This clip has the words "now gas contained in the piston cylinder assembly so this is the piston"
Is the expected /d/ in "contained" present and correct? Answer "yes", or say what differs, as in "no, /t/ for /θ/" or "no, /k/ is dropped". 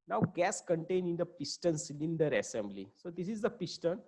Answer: no, /d/ is dropped